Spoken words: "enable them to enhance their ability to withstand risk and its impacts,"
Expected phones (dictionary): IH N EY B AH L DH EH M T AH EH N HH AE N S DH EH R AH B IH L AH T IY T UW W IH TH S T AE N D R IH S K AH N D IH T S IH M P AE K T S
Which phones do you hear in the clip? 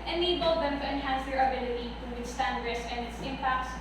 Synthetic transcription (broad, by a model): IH N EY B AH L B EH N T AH EH N HH AE N S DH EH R AH B IH L AH T IY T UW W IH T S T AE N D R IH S AH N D IH T S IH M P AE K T S